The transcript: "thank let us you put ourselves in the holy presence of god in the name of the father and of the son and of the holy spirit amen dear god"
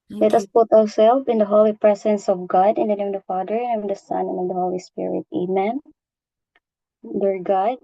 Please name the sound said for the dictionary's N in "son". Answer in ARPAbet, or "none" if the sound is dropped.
N